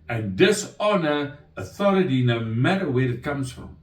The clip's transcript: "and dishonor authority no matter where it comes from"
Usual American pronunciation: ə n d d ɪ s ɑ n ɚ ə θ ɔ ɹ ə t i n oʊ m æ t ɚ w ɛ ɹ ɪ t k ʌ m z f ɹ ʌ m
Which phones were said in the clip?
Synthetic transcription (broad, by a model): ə n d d ɪ s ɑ n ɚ ə θ ɔ ɹ ə t i n oʊ m æ t ɚ w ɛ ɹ ɪ t k ʌ m z f ɹ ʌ m